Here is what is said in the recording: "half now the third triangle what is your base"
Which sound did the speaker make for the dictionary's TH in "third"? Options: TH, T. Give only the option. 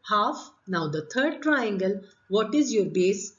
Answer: T